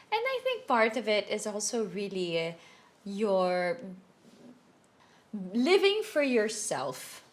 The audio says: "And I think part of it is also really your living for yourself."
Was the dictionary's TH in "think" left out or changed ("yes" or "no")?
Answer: no